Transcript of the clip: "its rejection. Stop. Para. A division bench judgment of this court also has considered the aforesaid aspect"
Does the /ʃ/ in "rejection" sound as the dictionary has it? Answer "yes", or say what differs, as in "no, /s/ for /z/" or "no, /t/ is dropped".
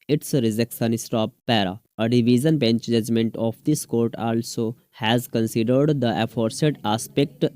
no, /s/ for /ʃ/